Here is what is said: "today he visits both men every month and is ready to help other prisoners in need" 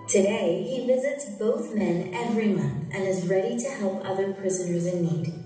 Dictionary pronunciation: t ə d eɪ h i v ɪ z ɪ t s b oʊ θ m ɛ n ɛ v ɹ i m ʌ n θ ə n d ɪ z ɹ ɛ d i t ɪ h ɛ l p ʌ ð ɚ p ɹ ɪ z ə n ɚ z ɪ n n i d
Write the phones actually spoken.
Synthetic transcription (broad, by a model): t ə d eɪ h i v ɪ z ɪ t s b oʊ θ m ɛ n ɛ v ɹ i m ʌ n θ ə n ɪ z ɹ ɛ d i t ɪ h ɛ l p ʌ ð ɚ p ɹ ɪ z ə n ɚ z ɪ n n i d